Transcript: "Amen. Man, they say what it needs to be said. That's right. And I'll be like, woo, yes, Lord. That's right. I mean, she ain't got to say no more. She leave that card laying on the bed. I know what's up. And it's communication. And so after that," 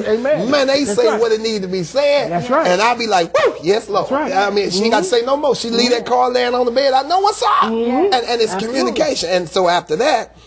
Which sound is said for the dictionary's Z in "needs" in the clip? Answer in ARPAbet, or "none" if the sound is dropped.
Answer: none